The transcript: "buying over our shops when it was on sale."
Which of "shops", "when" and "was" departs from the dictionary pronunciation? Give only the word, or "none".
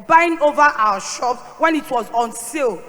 shops